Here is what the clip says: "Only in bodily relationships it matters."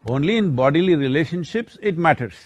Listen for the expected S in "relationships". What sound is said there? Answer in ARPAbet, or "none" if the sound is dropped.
S